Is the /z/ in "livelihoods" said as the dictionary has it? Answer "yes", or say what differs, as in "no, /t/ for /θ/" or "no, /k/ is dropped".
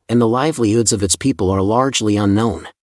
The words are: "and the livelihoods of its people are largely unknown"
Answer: yes